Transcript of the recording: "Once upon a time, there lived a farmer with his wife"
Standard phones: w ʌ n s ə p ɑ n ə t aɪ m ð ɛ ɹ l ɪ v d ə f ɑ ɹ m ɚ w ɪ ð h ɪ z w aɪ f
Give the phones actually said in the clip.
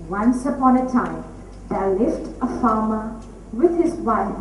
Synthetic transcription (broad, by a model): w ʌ n s ə p ɑ n ə t aɪ m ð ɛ l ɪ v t ə f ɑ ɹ m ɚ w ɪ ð h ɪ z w aɪ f